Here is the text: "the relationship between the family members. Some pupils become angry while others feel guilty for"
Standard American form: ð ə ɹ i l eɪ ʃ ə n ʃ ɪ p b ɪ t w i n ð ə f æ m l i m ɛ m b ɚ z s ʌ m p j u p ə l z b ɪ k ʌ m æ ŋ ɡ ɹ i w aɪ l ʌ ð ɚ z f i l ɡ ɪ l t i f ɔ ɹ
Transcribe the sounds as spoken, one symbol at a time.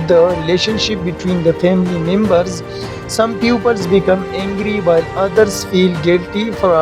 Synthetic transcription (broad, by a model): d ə ɹ i l eɪ ʃ ə n ʃ ɪ p b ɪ t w i n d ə f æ m l i m ɛ m b ɚ z s ʌ m p j u p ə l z b ɪ k ʌ m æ ŋ ɡ ɹ i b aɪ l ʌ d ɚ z f i l ɡ ɪ l t i f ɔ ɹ